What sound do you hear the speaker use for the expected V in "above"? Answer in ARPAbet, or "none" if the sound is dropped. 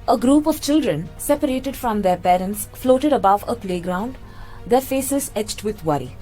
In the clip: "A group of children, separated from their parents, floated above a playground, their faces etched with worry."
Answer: V